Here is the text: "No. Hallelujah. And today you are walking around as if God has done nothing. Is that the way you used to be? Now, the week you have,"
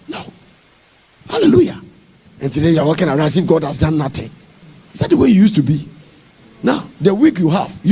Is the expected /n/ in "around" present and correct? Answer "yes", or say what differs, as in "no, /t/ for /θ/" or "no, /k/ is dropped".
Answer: no, /n/ is dropped